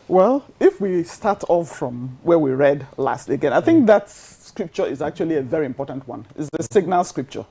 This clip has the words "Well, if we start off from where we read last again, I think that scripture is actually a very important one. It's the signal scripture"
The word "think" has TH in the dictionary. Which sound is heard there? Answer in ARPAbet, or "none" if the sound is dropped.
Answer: TH